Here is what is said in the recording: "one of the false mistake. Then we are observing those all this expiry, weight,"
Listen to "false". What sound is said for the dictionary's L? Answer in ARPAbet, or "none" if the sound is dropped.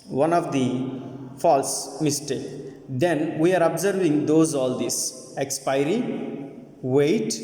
L